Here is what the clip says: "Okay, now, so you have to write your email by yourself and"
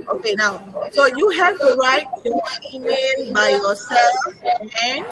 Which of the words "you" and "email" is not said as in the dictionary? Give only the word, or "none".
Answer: email